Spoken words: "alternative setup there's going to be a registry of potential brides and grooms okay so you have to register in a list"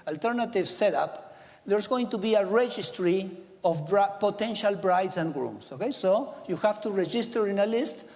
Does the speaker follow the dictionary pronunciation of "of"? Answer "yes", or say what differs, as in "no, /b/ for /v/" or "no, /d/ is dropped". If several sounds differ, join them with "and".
no, /b/ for /v/